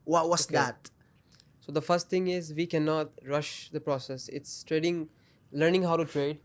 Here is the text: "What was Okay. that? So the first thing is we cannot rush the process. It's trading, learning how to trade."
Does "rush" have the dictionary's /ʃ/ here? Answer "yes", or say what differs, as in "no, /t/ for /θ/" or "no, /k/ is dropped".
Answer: yes